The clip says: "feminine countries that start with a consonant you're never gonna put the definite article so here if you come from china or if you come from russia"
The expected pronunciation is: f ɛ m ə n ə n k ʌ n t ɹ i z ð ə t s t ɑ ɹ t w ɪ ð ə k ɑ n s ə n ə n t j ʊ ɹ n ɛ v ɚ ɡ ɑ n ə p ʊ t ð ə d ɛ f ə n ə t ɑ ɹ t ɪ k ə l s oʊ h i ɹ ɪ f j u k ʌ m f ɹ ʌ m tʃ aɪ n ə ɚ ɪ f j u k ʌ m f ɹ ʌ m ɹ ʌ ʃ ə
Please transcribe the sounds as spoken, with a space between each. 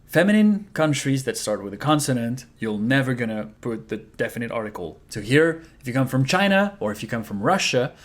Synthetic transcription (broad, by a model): f ɛ m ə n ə n k ʌ n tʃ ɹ i z ð ə t s t ɑ ɹ t w ɪ ð ə k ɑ n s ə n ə n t j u l n ɛ v ɚ ɡ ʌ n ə p ʊ t ð ə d ɛ f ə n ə t ɑ ɹ t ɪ k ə l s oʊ h i ɹ ɪ f j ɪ k ʌ m f ɹ ʌ m tʃ aɪ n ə ɚ ɪ f j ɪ k ʌ m f ɹ ʌ m ɹ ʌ ʃ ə